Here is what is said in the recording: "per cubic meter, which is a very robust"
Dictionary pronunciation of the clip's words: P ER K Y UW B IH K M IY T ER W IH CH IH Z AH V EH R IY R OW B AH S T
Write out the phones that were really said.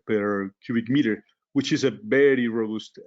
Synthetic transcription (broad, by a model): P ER K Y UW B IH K M IY T ER W IH CH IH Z AH B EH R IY R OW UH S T